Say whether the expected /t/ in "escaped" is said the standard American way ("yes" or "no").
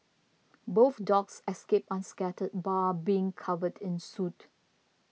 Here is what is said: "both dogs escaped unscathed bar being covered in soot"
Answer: no